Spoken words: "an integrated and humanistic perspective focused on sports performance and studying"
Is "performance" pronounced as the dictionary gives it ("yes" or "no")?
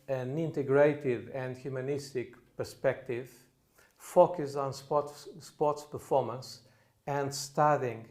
yes